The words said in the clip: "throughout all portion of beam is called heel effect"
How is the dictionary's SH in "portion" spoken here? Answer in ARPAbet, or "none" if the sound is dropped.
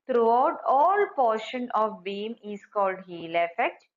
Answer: SH